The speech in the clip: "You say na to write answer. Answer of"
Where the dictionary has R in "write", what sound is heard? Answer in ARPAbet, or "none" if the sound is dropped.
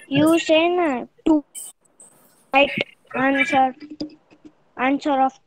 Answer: L